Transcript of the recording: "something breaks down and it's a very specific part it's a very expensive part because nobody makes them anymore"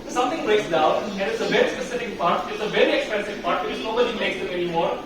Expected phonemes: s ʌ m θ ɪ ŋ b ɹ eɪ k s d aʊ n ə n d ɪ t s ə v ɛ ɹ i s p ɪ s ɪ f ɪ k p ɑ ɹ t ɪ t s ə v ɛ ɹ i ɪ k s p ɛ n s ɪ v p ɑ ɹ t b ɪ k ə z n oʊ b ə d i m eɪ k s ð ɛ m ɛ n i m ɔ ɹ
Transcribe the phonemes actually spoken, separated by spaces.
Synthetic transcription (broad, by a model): s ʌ m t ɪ ŋ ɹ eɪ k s d aʊ n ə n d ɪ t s ə v ɛ ɹ i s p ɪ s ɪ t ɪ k p ɑ ɹ t ɪ t s ə v ɛ ɹ i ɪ k s p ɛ n s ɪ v p ɑ ɹ t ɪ ə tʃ n oʊ b ə d i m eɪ k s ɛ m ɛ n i m ɔ ɹ